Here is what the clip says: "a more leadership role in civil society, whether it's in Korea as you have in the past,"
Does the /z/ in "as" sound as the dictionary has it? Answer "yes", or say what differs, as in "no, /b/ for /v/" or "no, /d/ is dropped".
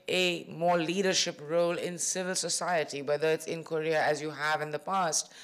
yes